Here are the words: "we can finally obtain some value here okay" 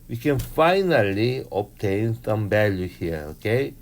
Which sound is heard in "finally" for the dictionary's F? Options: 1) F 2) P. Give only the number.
1